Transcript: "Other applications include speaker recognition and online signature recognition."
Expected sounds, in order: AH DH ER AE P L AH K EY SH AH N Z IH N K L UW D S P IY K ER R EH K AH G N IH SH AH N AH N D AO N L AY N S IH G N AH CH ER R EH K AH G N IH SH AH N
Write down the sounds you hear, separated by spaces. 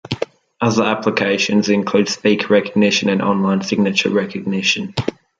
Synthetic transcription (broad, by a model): AH DH ER AE P L AH K EY SH AH N Z IH N K L UW D S P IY K R EH K AH G N IH SH AH N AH N AO N L AY N S IH G N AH CH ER R EH K AH G N IH SH AH N